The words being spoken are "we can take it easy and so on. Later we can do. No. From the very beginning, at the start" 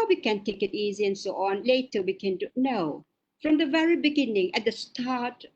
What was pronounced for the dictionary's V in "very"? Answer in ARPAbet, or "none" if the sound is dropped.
V